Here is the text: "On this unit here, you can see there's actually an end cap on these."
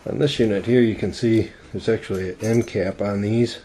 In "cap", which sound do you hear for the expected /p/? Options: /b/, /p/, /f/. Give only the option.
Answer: /p/